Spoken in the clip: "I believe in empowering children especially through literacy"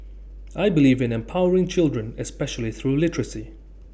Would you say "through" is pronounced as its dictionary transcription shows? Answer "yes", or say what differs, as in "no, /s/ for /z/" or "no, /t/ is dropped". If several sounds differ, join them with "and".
yes